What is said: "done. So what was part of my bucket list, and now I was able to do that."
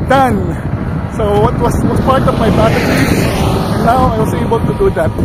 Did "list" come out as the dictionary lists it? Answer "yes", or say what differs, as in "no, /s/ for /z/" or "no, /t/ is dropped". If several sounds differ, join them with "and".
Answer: no, /s/ is dropped